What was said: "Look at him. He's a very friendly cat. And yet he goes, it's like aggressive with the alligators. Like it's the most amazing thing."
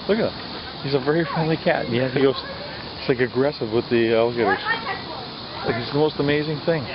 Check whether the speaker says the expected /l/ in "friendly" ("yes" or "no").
yes